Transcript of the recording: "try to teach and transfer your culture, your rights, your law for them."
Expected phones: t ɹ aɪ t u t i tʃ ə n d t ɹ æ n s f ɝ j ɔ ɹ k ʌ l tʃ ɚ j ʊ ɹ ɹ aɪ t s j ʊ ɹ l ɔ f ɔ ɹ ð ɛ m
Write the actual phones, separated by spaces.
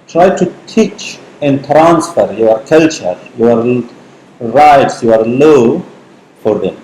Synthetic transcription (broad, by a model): t ɹ aɪ t u t i tʃ ə n d t ɹ æ n s f ɝ j ɔ ɹ k ʌ l tʃ ɚ j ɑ ɹ ɹ aɪ t s j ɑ ɹ l ɔ f ɔ ɹ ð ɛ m